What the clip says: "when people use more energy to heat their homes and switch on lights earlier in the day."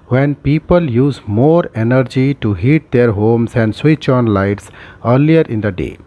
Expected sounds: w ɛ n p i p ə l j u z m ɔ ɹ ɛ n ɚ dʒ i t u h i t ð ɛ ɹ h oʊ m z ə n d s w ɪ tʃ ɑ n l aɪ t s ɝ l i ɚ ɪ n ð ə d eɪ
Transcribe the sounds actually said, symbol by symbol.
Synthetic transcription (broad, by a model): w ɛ n p i p ə l j u z m ɔ ɹ ɛ n ɚ dʒ i t u h i t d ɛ ɹ h oʊ m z ə n d s w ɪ tʃ ɑ n l aɪ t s ɝ l i ɚ ɪ n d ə d eɪ